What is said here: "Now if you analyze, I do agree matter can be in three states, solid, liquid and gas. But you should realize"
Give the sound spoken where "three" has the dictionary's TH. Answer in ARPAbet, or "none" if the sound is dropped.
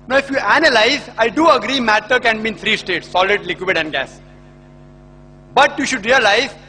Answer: T